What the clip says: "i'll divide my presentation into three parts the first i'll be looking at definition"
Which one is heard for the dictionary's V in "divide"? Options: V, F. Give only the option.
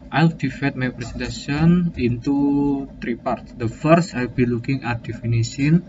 F